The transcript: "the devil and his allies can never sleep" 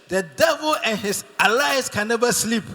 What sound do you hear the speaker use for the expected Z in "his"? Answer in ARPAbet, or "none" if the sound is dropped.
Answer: S